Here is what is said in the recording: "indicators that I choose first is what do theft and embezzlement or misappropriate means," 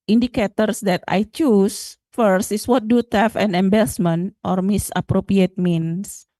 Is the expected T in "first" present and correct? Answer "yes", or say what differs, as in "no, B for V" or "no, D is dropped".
yes